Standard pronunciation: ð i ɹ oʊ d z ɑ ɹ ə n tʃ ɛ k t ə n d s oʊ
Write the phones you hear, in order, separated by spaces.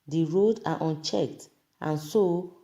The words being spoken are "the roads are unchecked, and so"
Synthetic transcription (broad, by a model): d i ɹ oʊ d ɑ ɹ ə n tʃ ɛ k t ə n s oʊ